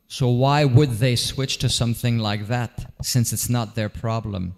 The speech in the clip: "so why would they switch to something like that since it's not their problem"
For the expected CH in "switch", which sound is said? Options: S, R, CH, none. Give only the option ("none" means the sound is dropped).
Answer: CH